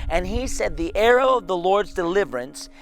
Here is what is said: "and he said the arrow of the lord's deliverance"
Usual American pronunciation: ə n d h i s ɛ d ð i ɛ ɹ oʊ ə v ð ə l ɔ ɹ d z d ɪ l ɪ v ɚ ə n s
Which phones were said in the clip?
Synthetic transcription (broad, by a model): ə n i s ɛ d ð i ɛ ɹ oʊ ə v ð ə l ɔ ɹ d z d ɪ l ɪ v ɚ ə n s